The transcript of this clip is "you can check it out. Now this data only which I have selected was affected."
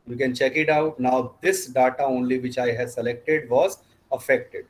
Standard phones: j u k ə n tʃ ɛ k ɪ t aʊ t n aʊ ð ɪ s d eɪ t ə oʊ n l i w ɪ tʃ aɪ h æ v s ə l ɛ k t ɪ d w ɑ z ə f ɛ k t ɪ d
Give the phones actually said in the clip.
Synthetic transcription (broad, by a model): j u k ə n tʃ ɛ k ɪ t aʊ t n aʊ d ɪ s d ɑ t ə oʊ n l i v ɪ tʃ aɪ h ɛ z s ə l ɛ k t ɪ d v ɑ z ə f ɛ k t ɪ d